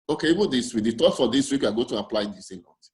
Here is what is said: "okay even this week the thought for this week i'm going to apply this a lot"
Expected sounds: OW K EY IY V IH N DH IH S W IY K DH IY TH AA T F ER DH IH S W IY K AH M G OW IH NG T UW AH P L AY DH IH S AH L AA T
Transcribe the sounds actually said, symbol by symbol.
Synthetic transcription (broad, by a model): OW K EY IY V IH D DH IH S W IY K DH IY T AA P F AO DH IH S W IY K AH G OW T UW AH P L AY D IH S AH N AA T